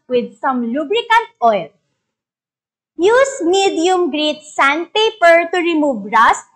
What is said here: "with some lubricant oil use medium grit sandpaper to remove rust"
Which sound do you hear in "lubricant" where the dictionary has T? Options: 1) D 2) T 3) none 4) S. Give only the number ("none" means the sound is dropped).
2